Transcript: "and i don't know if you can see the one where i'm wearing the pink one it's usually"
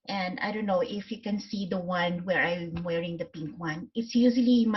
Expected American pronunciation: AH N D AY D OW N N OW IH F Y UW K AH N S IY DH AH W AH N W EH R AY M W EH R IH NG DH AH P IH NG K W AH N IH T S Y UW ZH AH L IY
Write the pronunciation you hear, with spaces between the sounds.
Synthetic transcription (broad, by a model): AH N D AY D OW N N OW IH F Y UW K AH N S IY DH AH W AH N W EH R AY M W EH R IH NG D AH P IH NG K W AH N IH T S Y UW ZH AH L IY